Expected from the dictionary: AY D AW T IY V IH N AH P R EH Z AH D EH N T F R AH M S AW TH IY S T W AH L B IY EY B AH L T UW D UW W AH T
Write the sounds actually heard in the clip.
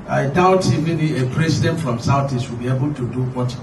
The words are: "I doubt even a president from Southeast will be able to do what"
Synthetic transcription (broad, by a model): AY D AW T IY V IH N AH P R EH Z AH D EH N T F R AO M S AW T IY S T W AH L B IY EY B AH L T UW D UW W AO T